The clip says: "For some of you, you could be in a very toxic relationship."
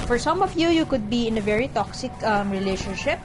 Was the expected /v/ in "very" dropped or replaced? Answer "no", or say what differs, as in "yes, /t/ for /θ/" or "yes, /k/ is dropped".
no